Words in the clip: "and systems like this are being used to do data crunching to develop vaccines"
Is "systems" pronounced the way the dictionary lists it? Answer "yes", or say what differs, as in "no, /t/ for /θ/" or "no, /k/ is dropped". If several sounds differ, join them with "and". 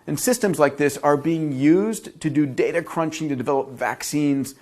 yes